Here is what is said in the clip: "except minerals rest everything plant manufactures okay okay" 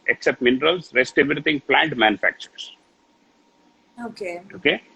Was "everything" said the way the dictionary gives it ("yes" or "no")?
no